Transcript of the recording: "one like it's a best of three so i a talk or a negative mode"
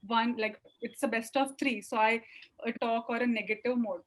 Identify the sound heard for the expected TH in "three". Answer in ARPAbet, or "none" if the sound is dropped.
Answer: T